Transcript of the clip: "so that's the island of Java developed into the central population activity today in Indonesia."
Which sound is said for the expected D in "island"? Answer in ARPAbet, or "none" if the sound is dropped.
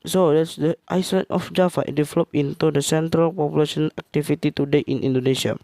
none